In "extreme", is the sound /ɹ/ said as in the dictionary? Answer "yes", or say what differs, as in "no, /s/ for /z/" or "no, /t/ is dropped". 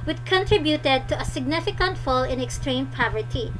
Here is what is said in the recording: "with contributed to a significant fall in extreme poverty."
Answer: yes